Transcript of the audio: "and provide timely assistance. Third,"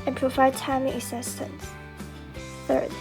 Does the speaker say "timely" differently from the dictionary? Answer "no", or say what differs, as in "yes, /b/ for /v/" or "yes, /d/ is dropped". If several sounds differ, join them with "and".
yes, /l/ is dropped